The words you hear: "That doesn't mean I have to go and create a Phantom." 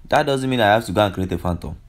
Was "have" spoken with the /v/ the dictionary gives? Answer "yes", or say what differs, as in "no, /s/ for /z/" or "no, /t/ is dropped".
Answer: no, /f/ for /v/